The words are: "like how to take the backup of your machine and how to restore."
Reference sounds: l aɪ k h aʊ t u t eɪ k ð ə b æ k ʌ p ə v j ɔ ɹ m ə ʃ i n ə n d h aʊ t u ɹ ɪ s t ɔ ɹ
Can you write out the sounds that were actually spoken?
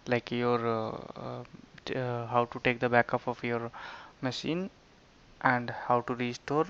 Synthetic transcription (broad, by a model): l aɪ k h aʊ t u t eɪ k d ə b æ k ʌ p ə p j ɔ ɹ m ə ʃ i n ə n d h aʊ t u ɹ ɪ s t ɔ ɹ